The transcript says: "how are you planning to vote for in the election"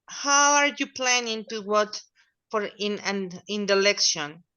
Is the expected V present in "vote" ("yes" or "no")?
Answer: no